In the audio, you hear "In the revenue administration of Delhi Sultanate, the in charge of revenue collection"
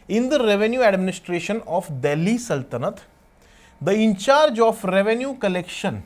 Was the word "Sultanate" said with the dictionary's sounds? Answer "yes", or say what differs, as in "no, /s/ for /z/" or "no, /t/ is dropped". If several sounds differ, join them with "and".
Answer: yes